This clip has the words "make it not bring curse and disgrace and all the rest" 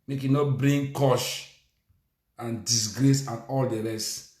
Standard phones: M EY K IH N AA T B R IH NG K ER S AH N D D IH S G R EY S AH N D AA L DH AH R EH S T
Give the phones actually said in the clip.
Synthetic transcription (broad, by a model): M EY K IH N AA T B R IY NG K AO SH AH N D D IH S G R EY S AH N AA L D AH R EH S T